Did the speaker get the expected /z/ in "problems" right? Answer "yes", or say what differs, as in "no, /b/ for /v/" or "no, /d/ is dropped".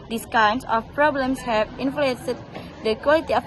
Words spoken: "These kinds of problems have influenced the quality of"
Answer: no, /s/ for /z/